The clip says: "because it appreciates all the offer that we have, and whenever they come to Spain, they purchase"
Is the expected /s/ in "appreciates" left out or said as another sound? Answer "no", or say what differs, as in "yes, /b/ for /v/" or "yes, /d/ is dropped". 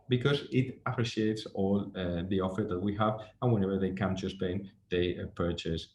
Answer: no